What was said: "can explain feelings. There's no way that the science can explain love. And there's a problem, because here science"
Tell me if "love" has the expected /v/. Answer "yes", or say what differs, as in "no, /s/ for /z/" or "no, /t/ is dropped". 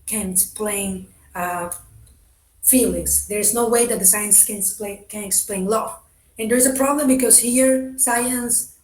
no, /v/ is dropped